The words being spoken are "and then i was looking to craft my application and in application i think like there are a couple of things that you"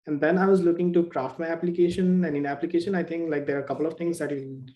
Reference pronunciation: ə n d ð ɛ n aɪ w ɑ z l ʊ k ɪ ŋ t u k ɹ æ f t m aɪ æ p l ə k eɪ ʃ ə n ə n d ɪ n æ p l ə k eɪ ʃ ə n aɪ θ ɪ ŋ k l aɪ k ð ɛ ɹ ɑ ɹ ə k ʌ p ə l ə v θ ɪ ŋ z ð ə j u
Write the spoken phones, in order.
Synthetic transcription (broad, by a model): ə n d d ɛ n aɪ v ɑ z l ʊ k ɪ ŋ t u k ɹ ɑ f t m aɪ æ p l ə k eɪ ʃ ə n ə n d ɪ n æ p l ə k eɪ ʃ ə n aɪ t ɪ ŋ k l aɪ k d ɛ ɹ ɑ ɹ k ʌ p ə l ə v t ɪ ŋ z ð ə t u